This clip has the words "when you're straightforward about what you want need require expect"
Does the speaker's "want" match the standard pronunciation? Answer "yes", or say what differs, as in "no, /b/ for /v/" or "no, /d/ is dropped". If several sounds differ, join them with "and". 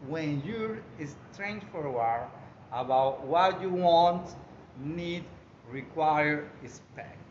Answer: yes